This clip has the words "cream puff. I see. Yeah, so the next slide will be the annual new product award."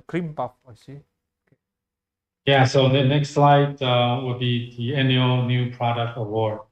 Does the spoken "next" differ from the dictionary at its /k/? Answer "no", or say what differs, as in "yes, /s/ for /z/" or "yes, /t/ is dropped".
no